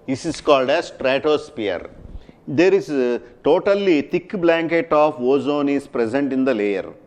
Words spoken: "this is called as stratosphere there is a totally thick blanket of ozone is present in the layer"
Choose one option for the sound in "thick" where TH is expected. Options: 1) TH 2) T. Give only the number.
2